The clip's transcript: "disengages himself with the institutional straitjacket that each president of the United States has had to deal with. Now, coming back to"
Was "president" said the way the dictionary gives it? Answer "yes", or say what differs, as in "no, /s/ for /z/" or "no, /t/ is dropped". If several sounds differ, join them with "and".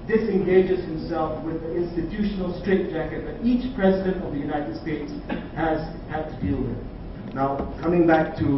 yes